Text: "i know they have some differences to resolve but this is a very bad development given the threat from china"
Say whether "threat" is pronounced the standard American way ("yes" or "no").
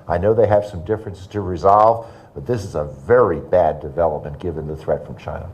yes